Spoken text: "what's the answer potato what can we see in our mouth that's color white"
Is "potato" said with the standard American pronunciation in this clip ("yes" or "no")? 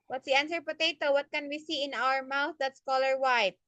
yes